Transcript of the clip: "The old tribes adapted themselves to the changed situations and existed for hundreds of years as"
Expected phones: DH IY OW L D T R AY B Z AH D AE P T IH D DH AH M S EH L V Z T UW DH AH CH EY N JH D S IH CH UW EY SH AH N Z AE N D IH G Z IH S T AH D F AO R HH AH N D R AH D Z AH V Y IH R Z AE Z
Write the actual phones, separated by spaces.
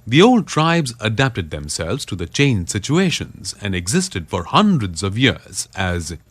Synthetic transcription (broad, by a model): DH IY OW L D T R AY B Z AH D AE P T IH D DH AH M S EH L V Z T UW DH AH CH EY N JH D S IH CH UW EY SH AH N Z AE N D IH G Z IH S T AH D F AO R HH AH N D R AH D Z AH V Y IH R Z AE Z